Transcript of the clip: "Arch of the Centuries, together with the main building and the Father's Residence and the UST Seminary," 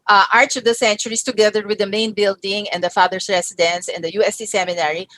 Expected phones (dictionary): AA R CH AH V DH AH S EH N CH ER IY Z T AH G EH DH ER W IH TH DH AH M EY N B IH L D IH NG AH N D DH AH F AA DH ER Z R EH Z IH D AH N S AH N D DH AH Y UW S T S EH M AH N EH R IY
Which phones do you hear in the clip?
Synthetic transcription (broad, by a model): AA R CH AH V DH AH S EH N CH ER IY S T AH G EH DH ER W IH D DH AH M EY N B IH L D IH NG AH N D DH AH F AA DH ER S R EH S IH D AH N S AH N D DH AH Y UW S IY S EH M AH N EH R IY